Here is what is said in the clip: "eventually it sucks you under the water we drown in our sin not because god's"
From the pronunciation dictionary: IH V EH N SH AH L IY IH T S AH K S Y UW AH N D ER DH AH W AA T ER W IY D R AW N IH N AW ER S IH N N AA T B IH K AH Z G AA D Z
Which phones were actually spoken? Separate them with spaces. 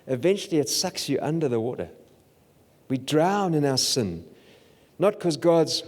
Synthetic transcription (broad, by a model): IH V EH N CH L IY IH T S AH K S Y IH AH N D ER DH AH W AA T ER W IY D R AW N IH N AW ER S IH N N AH T K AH Z G AA D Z